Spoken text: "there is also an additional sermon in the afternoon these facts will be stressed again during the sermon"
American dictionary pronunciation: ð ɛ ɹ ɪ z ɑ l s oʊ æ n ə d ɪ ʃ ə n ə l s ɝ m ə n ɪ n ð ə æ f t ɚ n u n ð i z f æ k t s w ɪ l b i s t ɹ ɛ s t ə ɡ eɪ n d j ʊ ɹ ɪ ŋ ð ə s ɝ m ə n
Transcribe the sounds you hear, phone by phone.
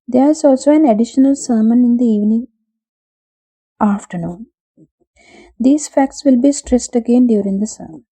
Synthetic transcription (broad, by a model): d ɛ ɹ ɪ z ɑ l s oʊ æ n ə d ɪ ʃ ə n ə l s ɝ m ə n ɪ n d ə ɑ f t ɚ n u n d i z f æ k t s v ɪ l b i s t ɹ ɛ s t ə ɡ eɪ n d j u ɹ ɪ ŋ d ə s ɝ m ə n